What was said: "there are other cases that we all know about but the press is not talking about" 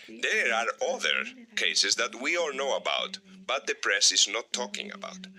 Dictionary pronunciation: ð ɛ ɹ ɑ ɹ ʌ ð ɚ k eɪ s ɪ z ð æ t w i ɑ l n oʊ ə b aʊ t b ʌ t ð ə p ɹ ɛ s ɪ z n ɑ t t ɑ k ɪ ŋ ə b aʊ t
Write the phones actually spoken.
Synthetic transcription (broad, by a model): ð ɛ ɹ ɑ ɹ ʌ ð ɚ k eɪ s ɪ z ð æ t w i ɑ l n oʊ ə b aʊ t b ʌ t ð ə p ɹ ɛ s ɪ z n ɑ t t ɑ k ɪ ŋ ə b aʊ t